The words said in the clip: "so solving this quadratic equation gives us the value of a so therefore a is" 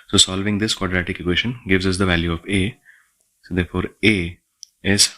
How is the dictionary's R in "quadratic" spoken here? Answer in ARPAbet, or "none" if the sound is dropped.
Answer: R